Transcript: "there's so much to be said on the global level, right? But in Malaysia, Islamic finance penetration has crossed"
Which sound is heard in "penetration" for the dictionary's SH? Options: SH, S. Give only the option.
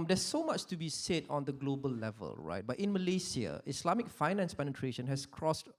SH